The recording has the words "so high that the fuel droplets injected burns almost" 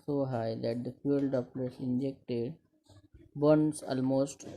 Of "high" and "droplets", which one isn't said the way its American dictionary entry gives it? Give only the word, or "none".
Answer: droplets